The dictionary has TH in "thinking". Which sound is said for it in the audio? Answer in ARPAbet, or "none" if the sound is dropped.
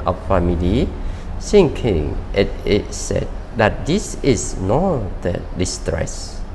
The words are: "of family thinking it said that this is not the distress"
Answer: S